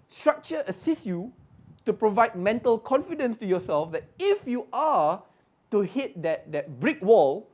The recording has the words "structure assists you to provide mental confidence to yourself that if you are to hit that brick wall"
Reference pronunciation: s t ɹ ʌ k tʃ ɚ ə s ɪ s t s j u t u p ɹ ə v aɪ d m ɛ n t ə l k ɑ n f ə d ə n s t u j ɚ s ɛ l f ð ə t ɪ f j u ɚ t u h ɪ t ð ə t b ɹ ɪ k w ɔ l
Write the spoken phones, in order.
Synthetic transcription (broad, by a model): s t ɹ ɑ k tʃ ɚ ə s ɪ s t j u t u p ɹ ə v aɪ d m ɛ n t ə l k ɑ n f ə d ə n s t u j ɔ s ɛ l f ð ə t ɪ f j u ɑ t u h ɪ t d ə t b ɹ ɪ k w ɔ l